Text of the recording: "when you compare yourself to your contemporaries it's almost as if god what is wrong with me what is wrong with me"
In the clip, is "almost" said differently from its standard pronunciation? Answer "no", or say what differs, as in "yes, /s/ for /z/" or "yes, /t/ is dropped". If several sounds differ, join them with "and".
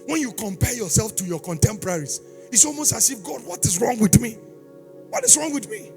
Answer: no